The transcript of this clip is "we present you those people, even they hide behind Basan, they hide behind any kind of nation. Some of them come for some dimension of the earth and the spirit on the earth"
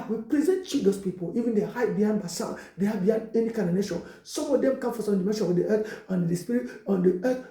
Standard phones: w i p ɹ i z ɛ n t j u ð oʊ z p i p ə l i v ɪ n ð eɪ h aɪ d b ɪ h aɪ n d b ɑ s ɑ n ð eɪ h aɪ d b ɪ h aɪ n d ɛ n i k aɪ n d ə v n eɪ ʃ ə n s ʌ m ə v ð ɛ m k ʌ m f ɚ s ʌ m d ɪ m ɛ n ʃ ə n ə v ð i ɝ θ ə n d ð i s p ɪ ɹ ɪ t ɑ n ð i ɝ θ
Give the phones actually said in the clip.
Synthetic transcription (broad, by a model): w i p ɹ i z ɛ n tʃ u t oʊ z p i p ə l i v ɪ n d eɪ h aɪ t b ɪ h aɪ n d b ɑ s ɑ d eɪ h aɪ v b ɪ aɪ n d ɛ n i k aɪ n ə n eɪ ʃ ə n s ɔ m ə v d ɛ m k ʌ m f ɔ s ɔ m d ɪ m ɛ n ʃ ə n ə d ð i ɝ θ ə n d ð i s p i ɹ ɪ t ɑ n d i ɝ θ